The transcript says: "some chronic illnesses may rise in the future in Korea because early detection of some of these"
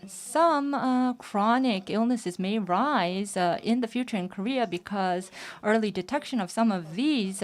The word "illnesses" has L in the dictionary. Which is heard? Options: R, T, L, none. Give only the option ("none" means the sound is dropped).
L